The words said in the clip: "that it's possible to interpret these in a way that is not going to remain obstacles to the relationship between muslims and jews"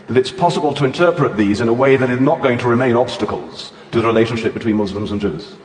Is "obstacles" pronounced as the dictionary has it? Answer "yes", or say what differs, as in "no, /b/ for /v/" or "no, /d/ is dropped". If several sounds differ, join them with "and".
yes